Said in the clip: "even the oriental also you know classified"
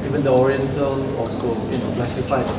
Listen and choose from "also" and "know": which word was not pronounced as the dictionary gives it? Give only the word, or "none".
also